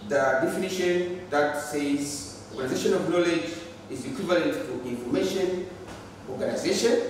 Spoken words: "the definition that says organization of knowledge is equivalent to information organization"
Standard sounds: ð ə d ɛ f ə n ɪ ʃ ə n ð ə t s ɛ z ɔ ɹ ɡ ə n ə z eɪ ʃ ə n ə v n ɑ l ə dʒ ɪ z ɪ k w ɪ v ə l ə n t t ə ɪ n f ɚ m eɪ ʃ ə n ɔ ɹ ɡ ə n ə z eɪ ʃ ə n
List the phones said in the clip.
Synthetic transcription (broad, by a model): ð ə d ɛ f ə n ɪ ʃ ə n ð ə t s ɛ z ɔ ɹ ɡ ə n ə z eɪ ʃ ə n ə v n ɑ l ə dʒ ɪ z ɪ k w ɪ v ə l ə n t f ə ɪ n f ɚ m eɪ ʃ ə n ɔ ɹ ɡ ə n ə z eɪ ʃ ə n